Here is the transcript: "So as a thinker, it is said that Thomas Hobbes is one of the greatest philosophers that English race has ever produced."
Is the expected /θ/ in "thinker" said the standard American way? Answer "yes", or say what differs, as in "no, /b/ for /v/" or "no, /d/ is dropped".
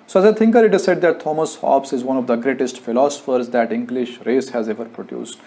no, /t/ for /θ/